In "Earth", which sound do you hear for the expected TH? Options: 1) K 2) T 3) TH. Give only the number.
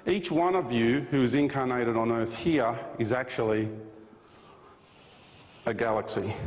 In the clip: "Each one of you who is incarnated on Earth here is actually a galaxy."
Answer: 3